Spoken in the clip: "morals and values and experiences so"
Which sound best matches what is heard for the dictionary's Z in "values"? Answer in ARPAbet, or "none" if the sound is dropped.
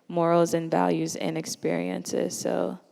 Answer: Z